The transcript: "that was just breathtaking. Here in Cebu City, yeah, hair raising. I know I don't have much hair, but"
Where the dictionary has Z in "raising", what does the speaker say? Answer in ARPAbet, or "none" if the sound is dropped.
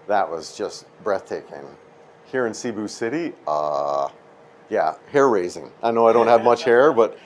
Z